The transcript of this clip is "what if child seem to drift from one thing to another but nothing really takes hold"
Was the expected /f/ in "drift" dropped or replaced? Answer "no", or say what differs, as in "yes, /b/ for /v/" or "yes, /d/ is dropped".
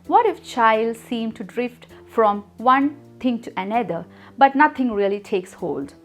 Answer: no